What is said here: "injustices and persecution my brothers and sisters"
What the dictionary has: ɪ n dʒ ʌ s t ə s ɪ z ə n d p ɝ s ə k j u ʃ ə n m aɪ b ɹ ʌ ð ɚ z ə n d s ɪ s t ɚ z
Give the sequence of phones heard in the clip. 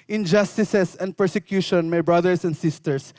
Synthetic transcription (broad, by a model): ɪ n dʒ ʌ s t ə s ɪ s ə n d p ɝ s ə k j u ʃ ə n m aɪ b ɹ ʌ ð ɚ s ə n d s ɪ s t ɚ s